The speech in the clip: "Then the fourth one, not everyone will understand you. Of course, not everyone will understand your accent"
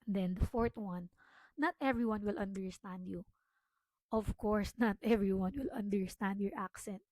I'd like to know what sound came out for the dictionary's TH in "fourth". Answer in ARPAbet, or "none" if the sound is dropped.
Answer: T